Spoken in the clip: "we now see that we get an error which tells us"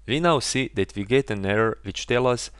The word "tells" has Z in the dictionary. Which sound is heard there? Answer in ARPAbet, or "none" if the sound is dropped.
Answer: none